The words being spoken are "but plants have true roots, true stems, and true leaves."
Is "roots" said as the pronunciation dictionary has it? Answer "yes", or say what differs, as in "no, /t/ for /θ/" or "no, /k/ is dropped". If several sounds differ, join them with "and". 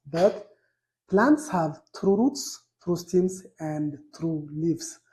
yes